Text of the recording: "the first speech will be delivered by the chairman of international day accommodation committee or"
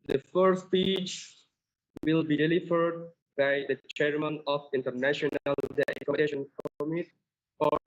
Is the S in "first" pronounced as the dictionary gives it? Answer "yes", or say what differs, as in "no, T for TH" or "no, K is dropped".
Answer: no, S is dropped